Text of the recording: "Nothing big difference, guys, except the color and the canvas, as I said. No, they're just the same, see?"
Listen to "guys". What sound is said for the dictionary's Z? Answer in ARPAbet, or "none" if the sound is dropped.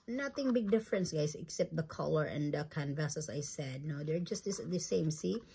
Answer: S